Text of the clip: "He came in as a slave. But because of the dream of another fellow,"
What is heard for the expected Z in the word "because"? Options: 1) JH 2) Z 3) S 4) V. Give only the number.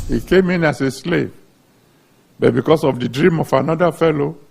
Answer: 3